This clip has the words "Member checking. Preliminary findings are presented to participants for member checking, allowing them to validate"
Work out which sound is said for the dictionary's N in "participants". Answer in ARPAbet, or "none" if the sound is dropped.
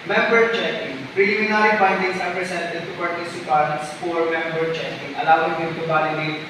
none